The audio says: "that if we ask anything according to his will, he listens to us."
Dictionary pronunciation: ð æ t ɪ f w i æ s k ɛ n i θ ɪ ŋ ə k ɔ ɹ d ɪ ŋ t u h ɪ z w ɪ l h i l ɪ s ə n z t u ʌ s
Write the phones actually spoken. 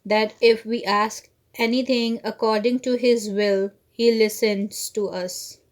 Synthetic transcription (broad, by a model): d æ t ɪ f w i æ s k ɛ n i t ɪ ŋ ə k ɔ ɹ d ɪ ŋ t u h ɪ z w ɪ l h i l ɪ s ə n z t u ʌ s